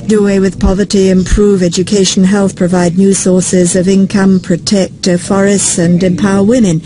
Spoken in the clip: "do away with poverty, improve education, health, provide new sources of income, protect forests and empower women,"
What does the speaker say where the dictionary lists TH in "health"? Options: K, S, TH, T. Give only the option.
TH